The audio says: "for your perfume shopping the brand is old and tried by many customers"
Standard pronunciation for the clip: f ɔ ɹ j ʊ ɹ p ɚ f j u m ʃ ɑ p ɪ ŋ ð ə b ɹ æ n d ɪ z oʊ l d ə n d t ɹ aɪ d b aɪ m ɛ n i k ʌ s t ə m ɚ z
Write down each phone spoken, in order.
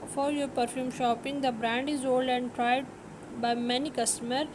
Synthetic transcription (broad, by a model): f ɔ ɹ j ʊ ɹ p ɚ f j u m ʃ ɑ p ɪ ŋ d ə b ɹ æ n d ɪ z oʊ l d ə n d t ɹ aɪ d b aɪ m ɛ n i k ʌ s t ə m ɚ